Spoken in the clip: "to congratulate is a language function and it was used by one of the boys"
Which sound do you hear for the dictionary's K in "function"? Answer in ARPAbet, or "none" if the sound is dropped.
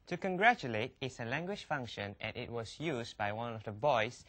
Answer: K